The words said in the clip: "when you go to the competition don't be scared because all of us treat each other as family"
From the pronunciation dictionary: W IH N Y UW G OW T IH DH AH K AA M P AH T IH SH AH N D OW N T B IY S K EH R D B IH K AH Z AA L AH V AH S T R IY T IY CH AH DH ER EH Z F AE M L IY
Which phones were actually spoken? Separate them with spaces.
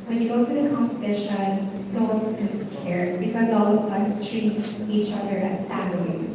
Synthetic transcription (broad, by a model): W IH N Y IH G OW T IH DH AH K AA M P AH T IH SH AH N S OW L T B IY S K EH R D B IH K AH Z AA L AH V AH S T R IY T IY CH AH DH ER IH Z F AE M L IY